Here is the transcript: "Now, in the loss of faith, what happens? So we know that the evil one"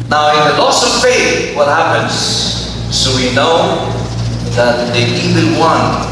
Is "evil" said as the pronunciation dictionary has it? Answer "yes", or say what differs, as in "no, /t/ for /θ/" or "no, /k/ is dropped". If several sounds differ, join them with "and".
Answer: no, /n/ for /l/